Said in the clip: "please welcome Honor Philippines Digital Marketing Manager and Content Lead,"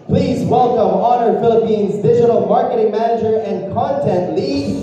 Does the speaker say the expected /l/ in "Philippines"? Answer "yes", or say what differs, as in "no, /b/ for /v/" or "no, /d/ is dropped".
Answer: yes